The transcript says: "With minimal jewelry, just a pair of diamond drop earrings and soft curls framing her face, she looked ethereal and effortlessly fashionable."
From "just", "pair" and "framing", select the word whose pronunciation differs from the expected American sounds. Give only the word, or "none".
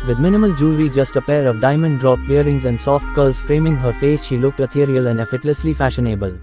none